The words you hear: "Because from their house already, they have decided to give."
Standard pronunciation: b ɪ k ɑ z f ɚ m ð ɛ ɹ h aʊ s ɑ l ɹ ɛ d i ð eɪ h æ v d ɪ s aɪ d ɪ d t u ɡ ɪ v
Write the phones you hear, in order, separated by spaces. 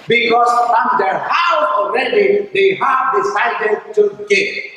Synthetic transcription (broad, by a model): b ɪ k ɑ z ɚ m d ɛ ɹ h aʊ ɑ l ɹ ɛ d i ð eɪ h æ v d ɪ s aɪ d ɪ d t u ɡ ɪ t